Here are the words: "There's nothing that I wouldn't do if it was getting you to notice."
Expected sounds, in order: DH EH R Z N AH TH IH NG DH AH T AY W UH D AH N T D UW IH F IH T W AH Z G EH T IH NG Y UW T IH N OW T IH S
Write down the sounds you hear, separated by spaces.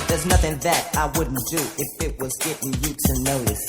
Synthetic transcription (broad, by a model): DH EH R Z N AH TH IH NG DH AH T AY W UH D N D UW IH F IH T W AH Z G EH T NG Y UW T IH N OW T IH S